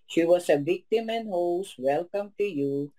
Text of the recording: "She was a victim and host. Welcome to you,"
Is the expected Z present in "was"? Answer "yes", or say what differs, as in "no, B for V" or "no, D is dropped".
no, S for Z